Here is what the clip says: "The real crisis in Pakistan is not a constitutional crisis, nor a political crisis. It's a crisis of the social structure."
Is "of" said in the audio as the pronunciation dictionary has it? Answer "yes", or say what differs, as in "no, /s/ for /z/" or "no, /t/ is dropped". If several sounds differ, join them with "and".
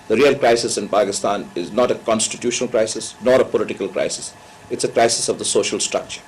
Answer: yes